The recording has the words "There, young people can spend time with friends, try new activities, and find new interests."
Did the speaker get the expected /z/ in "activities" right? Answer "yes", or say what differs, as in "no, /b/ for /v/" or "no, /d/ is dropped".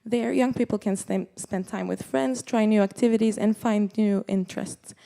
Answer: yes